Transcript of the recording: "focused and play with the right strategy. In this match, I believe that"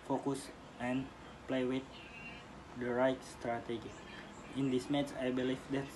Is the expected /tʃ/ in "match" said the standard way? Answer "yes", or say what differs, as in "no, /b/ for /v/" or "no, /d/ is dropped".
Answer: no, /s/ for /tʃ/